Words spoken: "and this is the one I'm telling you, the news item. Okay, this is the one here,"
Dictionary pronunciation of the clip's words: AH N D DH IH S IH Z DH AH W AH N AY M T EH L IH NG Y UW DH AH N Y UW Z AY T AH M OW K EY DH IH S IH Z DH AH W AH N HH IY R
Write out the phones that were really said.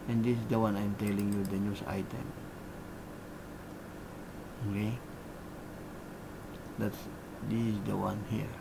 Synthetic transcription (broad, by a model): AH N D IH S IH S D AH W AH N AY M T EH L IH NG Y UW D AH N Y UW S AY T AH M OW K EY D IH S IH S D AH W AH N HH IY R